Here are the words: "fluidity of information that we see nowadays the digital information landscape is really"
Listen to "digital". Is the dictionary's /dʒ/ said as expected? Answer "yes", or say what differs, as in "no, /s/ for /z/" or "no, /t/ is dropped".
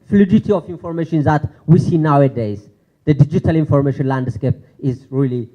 yes